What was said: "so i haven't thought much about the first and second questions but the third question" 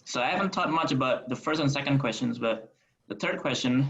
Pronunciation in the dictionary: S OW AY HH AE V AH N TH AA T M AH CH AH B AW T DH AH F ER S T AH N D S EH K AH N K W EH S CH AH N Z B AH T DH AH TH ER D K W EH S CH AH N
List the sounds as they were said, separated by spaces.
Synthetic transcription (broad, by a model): S OW AY HH AE V AH N T AA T M AH CH AH B AW T DH AH F ER S T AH N S EH K AH N K W EH S CH AH N Z B AH T DH AH TH ER D K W EH S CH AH N